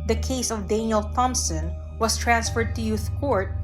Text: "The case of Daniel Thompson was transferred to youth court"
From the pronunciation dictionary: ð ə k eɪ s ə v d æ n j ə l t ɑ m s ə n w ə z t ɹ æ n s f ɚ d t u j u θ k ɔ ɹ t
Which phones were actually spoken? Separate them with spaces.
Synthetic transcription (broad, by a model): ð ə k eɪ s ə v d æ n j ə l t ɑ m s ə n w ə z t ɹ æ n s f ɚ d t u j u θ k ɔ ɹ t